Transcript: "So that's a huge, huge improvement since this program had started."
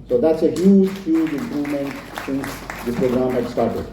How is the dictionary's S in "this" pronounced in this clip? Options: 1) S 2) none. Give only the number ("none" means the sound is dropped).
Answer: 2